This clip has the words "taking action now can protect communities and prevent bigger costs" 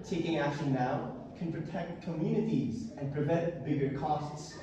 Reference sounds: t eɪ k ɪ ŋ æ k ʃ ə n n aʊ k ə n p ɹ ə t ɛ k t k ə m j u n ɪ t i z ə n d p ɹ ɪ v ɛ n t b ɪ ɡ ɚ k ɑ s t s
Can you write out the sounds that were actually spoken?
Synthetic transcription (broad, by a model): t eɪ k ɪ ŋ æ k ʃ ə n n aʊ k ə n p ɹ ə t ɛ k t k ə m j u n ɪ t i z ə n p ɹ ɪ v ɛ n t b ɪ ɡ ɚ k ɑ s t s